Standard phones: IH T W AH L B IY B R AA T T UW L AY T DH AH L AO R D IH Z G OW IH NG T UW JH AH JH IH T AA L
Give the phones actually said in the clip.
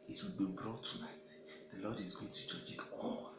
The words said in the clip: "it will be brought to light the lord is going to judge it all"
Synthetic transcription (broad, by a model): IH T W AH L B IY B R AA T T UW N AY T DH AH L AO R D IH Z G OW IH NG T UW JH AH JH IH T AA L